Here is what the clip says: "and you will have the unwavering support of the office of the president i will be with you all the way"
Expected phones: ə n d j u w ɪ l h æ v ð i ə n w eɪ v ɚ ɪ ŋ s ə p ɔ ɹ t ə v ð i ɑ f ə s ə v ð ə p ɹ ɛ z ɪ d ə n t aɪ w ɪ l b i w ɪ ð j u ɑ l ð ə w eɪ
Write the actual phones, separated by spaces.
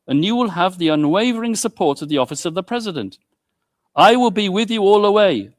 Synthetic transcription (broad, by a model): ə n j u w ɪ l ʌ v ð i ə n w eɪ v ɚ ɪ ŋ s ə p ɔ ɹ t ə v ð i ɑ f ə s ə v ð ə p ɹ ɛ z ɪ d ə n t aɪ w ɪ l b i w ɪ ð j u ɑ l ə w eɪ